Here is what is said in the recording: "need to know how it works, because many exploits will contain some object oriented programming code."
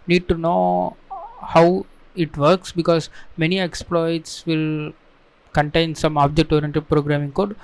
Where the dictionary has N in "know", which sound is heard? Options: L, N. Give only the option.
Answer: N